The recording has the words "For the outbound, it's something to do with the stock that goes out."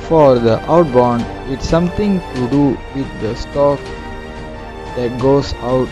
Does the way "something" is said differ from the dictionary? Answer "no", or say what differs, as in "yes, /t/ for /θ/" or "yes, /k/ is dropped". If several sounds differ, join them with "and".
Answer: yes, /t/ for /θ/